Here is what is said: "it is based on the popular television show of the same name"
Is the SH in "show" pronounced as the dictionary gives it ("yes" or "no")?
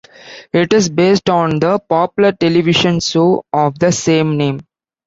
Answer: no